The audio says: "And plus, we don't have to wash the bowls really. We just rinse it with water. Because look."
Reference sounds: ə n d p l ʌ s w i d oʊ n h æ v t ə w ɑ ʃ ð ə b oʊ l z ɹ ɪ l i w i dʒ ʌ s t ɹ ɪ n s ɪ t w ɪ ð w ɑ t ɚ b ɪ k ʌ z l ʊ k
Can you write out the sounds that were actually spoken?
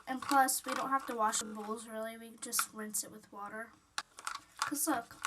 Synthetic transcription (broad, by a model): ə n p l ʌ s w i d oʊ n h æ f t ə w ɑ ʃ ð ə b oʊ l z ɹ ɪ l i w i dʒ ʌ s t ɹ ɪ n s ɪ t w ɪ ð w ɑ t ɚ k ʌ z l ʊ k